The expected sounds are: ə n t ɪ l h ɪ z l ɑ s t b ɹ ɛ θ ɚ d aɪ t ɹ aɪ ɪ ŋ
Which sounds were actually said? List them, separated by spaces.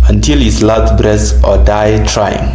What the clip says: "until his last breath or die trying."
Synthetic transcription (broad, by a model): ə n t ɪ l h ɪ s l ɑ t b ɹ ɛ s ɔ d aɪ t ɹ aɪ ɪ ŋ